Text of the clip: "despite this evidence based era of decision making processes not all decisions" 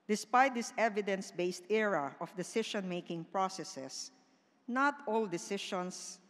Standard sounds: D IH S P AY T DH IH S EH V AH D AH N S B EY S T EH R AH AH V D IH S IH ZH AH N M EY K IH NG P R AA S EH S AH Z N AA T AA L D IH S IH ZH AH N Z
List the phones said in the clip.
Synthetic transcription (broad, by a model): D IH S P AY T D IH S EH V AH D AH N S B EY S T EH R AH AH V D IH S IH SH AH N M EY K IH NG P R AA S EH S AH S N AA T AA L D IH S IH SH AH N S